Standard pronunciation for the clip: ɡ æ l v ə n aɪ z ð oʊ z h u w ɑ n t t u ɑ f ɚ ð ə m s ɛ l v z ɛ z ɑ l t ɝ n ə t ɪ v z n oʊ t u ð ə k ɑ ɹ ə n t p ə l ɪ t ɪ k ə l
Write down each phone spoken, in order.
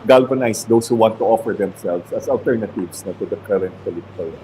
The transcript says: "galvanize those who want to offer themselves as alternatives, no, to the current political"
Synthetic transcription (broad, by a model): ɡ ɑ l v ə n aɪ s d oʊ s h u w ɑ n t t u ɑ f ɚ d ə m s ɛ l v s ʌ s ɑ l t ɝ n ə t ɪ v s n oʊ t u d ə k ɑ ɹ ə n t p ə l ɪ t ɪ k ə l